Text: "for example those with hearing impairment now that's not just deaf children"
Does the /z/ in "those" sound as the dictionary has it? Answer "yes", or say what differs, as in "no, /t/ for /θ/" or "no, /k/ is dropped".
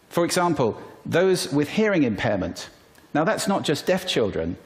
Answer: yes